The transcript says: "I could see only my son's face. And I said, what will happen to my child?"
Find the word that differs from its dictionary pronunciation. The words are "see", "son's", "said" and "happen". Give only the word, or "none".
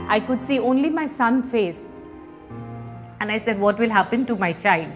son's